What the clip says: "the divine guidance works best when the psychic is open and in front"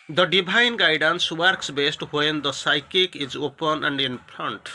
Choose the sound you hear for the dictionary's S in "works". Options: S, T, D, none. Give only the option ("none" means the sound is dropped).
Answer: S